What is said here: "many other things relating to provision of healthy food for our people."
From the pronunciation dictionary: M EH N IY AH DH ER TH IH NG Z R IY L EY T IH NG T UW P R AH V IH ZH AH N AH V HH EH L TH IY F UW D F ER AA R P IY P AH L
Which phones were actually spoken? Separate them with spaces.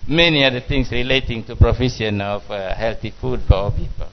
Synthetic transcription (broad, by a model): M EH N IY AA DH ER T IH NG S R IY L EY T IH NG T UW P R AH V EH SH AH N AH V HH EH L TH IY F UW D F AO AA P IY P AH L